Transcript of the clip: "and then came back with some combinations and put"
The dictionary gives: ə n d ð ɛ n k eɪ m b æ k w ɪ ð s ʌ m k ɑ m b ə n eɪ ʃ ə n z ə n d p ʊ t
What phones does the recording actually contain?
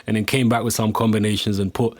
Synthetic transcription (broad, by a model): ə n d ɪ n k eɪ m b æ k w ɪ ð s ʌ m k ɑ m b ə n eɪ ʃ ə n z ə n p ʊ t